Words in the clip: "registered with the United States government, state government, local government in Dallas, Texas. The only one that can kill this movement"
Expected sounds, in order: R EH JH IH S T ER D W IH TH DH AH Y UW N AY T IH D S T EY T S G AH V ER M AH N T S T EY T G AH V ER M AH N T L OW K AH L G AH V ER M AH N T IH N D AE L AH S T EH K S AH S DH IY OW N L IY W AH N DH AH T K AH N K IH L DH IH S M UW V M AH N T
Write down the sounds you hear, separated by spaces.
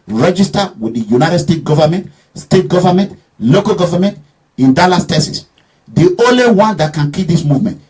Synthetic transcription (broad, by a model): R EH JH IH S T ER W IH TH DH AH Y UW N AY T IH D S T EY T G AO V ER M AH N T S T EY T G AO V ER M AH N T L OW K AH L G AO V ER M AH N T IH N D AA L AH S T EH S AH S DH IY OW N L IY W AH N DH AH T K AH N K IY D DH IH S M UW V M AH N T